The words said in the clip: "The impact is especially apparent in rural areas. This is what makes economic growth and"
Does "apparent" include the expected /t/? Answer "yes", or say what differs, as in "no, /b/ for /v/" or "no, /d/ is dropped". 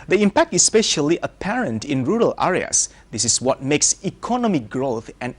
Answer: yes